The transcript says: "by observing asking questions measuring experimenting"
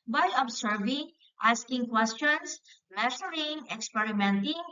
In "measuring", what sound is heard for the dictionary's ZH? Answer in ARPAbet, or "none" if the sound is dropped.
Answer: S